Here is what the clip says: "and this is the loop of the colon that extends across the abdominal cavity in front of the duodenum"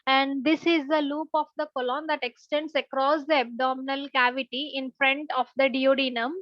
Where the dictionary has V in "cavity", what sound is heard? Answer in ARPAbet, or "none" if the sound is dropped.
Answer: V